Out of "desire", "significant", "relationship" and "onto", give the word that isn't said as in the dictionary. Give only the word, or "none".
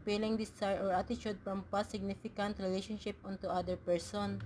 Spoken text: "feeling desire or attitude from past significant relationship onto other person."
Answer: desire